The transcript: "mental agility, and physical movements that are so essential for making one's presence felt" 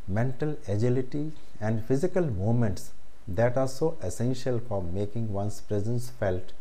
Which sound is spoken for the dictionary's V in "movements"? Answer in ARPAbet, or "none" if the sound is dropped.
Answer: none